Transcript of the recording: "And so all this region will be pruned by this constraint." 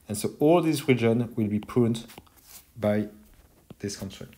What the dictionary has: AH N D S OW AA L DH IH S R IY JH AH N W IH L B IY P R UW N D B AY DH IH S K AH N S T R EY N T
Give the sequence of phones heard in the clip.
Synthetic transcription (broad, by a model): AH N S OW AA L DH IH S R IY JH AH N W IH L B IY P UW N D B AY DH IH S K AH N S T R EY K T